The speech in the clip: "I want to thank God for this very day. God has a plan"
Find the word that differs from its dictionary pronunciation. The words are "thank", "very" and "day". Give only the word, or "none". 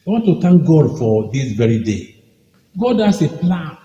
thank